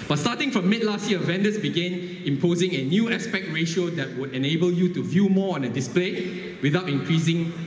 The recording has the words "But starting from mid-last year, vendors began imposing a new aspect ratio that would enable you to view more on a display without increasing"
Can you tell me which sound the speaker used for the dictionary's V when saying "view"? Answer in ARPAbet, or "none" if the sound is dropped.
V